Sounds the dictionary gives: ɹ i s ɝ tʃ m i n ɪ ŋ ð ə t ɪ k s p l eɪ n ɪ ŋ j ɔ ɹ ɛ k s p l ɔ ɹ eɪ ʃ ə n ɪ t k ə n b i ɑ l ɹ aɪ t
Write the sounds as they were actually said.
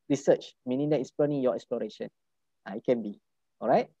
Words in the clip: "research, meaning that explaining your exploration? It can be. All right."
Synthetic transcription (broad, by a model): ɹ i s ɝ tʃ m i n ɪ ŋ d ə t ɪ s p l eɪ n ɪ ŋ j ɔ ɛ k s p l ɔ ɹ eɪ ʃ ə n ɪ t k ə n b i ɑ l ɹ aɪ t